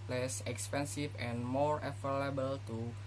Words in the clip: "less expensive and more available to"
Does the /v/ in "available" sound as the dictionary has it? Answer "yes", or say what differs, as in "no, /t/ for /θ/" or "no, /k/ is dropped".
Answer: no, /f/ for /v/